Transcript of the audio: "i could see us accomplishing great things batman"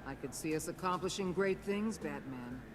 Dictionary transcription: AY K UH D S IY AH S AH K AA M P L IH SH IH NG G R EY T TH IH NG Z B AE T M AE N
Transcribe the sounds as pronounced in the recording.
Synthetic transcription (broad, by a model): AY K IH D S IY AH S AH K AA M P L IH SH IH NG G R EY T TH IH NG Z B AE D M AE N